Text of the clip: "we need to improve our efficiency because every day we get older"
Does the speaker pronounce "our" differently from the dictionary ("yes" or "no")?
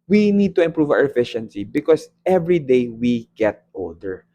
yes